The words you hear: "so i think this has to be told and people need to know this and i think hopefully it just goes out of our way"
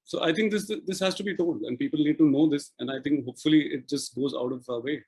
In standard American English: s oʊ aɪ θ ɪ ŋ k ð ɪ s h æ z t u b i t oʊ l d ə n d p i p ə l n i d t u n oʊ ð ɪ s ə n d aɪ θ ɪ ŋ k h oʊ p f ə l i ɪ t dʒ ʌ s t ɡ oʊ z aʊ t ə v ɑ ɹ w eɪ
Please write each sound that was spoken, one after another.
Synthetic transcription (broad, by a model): s oʊ aɪ t ɪ ŋ k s ɪ s h æ z t u b i t oʊ l d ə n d p i p ə l n i d t u n oʊ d ɪ s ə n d aɪ t ɪ ŋ k h oʊ p f ə l i ɪ t dʒ ʌ s t ɡ oʊ z aʊ t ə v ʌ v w eɪ